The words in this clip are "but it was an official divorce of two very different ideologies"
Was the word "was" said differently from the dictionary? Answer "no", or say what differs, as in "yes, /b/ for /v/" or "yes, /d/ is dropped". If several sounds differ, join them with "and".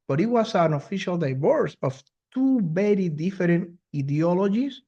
yes, /s/ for /z/